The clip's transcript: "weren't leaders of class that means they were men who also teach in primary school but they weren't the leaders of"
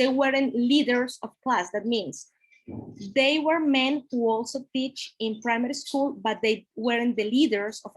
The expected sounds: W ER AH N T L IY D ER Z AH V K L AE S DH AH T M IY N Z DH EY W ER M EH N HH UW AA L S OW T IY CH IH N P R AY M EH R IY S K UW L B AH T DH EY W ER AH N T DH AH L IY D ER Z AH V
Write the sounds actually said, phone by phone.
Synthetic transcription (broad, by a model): W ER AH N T L IY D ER S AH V K L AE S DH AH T M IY N S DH EY W ER M EH N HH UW AA L S OW T IY CH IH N P R AY M EH R IY S K UW L B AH T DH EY W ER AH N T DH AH L IY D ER S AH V